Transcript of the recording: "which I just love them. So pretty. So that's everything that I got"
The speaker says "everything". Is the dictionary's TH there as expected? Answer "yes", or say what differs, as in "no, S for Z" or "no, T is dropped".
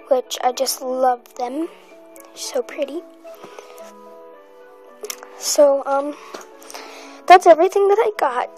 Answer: yes